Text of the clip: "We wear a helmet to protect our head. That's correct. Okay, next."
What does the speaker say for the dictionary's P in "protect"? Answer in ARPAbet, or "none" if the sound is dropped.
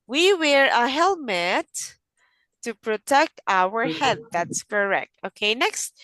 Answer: P